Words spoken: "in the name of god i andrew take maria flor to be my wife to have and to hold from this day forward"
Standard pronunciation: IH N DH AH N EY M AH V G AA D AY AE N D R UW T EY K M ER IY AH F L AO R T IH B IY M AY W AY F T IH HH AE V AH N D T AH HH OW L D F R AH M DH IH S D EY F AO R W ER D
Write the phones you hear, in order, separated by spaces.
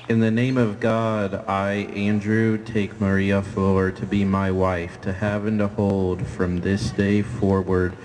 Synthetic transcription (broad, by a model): IH N DH AH N EY M AH V G AA D AY AE N D R UW T EY K M ER IY AH F AO R T IH B IY M AY W AY F T IH HH AE V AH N T AH HH OW L D F R AH M DH IH S D EY F AO R W ER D